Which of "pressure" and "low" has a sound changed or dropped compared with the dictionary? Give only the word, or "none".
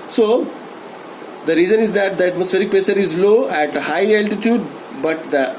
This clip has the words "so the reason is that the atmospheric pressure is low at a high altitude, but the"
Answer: pressure